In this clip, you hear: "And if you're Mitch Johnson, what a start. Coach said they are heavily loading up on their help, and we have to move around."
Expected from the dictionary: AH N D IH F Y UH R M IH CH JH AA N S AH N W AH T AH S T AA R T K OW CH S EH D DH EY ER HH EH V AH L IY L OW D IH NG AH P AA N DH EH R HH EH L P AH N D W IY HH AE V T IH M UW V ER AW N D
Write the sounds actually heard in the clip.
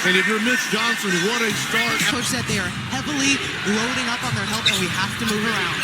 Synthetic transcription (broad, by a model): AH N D IH F Y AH R M IH S JH AA N S AH N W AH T AH S T AA R T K OW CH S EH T DH EY ER HH EH V L IY L OW D IH NG AH P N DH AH R HH EH L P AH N W IY HH AE F T IH M UW V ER AW N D